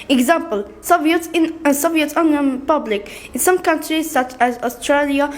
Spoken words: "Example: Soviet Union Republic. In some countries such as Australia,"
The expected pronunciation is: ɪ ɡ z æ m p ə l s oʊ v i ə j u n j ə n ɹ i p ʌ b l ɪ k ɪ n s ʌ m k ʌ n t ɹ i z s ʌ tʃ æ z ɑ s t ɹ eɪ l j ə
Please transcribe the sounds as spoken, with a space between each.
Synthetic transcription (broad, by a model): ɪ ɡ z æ m p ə l s oʊ v i ə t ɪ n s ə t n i p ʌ b l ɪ k ɪ n s ʌ m k ʌ n t ɹ i z s ʌ tʃ æ z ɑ s t ɹ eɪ l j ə